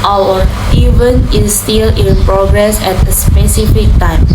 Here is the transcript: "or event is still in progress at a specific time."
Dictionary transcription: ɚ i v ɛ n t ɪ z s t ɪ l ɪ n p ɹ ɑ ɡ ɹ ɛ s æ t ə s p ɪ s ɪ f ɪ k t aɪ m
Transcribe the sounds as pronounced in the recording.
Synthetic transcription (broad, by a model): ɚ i v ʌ n ɪ s t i l ɪ n p ɹ ɑ ɡ ɹ ɛ s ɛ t ə s p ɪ s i f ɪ k t aɪ m